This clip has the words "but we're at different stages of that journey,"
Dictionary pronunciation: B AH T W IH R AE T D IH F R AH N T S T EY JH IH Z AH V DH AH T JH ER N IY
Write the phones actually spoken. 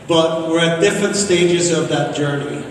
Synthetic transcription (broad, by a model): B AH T W IH R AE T D IH F R AH N T S T EY JH IH Z AH V DH AH T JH ER N IY